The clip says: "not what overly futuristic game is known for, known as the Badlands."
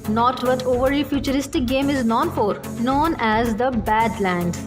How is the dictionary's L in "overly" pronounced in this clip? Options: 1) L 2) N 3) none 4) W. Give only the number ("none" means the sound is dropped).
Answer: 3